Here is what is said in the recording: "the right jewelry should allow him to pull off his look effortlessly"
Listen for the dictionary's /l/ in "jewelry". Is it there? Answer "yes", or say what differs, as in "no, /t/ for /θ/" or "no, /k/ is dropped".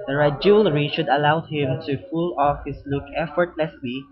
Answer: yes